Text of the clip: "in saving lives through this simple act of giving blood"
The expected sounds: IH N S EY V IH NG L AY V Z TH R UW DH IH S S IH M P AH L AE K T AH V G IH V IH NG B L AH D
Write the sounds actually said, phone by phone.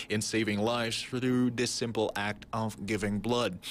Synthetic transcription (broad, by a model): IH N S EY V IH NG L AY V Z TH R UW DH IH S S IH M P L AE K T AH V G IH V IH NG B L AH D